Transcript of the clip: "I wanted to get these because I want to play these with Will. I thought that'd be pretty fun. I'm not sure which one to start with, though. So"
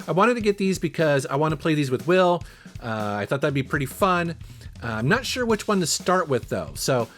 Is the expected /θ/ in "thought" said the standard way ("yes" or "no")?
yes